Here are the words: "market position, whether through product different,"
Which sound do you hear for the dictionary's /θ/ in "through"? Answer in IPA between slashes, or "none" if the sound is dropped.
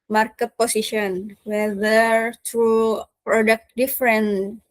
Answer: /t/